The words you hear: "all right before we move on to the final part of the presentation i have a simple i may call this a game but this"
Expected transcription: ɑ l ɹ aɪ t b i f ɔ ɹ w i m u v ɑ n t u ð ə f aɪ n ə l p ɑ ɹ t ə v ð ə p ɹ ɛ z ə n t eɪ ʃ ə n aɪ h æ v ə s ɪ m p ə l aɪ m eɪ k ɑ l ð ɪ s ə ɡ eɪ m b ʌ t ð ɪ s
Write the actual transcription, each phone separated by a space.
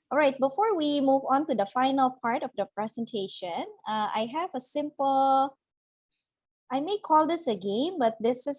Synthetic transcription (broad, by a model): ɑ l ɹ aɪ t b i f ɔ ɹ w i m u v ɑ n t u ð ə f aɪ n ə l p ɑ ɹ t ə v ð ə p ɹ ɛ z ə n t eɪ ʃ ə n aɪ h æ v ə s ɪ m p ə l aɪ m eɪ k ɑ l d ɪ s ə ɡ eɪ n b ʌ t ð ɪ s